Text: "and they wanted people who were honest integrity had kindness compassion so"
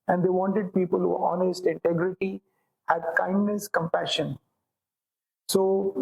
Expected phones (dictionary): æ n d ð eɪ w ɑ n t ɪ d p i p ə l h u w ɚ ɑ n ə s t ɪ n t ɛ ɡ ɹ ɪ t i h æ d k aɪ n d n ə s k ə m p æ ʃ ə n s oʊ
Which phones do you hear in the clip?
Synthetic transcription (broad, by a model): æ n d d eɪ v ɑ n t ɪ d p i p ə l h u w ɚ ɑ n ə s t ɪ n t ɛ ɡ ɹ ɪ t i h æ d k aɪ n d n ə s k ə m p æ ʃ ə n s oʊ